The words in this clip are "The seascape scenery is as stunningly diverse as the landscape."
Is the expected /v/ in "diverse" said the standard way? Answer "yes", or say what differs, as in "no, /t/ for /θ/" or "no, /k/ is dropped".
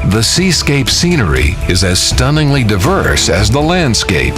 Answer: yes